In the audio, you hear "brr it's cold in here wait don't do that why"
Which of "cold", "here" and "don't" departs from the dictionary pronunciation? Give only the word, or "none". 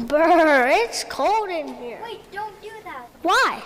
none